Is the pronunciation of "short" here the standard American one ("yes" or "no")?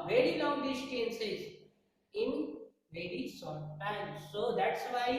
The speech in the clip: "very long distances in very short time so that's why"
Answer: no